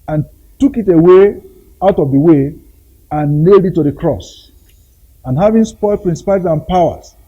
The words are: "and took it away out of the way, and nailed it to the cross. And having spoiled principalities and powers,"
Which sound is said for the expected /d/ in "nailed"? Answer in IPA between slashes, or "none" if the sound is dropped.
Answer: /d/